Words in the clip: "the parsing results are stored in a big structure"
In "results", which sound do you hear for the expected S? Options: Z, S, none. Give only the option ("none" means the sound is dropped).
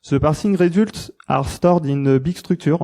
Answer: none